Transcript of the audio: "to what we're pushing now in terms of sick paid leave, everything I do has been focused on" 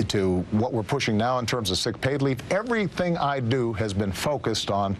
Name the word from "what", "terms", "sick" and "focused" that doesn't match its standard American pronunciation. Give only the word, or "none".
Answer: none